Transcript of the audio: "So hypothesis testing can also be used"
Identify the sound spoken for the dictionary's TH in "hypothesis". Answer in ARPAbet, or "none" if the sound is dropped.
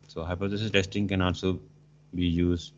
S